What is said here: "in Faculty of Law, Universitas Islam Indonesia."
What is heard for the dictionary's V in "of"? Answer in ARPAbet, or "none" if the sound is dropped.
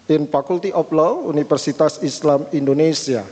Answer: P